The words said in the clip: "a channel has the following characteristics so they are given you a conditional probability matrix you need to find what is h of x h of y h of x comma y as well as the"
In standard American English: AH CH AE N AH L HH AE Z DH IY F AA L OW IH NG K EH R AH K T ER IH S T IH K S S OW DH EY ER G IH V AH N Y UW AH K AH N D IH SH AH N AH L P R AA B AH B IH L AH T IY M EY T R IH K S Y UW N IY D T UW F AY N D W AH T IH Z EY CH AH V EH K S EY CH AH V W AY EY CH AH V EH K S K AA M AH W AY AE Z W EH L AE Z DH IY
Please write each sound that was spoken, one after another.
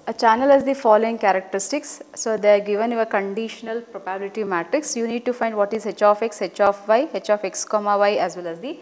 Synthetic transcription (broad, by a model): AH CH AE N AH L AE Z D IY F AA L OW IH NG K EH R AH K T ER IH S T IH K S S OW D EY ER G IH V AH N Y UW AH K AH N D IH SH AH N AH L P R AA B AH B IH L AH T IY M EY T R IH K S Y UW N IY D T UW F AY N D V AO T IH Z EY CH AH F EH K S EY CH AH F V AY EY CH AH F EH K S K AA M AH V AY AE Z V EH L AE Z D IY